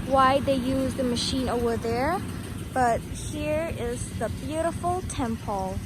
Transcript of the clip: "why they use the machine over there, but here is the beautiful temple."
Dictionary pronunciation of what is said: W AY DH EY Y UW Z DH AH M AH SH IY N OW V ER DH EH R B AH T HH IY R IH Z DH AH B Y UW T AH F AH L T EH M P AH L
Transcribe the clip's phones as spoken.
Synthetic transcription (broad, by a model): W AY DH EY Y UW Z DH AH M AH SH IY N OW V ER DH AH R B AH T HH IY R IH Z DH AH B Y UW T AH F L T EH M P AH L